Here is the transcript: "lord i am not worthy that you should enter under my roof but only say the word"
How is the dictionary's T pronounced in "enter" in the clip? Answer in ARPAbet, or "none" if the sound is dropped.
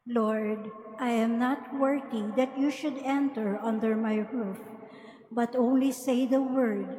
T